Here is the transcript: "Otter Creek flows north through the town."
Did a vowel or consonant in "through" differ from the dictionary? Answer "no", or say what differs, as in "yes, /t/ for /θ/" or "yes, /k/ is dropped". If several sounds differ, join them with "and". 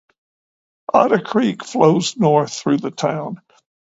no